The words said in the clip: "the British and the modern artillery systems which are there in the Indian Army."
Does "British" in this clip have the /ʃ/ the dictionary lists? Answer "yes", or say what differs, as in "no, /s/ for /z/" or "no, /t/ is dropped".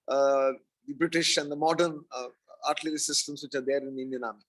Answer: yes